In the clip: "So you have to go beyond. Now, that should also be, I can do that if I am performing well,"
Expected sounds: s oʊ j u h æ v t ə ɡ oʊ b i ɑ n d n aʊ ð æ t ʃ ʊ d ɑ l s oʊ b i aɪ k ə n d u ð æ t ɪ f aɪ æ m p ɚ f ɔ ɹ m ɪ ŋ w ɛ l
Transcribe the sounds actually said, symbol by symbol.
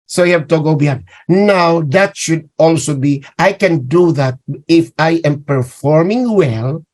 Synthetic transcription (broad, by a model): s oʊ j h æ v t ə ɡ oʊ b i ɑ d n aʊ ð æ t ʃ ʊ d ɑ l s oʊ b i aɪ k ə n d u ð æ t ɪ f aɪ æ m p ɚ f ɔ ɹ m ɪ ŋ w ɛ l